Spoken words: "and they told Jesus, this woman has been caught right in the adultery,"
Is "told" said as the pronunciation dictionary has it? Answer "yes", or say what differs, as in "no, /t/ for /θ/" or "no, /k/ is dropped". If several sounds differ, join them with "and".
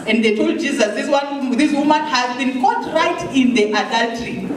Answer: yes